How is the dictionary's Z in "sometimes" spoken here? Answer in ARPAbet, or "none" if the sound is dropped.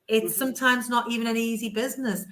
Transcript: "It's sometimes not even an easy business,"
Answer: Z